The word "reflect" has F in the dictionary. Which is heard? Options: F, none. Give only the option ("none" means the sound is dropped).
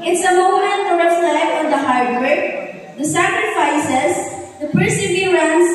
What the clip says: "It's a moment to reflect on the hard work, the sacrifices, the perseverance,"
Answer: none